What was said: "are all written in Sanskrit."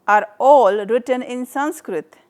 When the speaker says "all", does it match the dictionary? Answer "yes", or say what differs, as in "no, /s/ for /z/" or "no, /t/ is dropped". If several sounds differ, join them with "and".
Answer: yes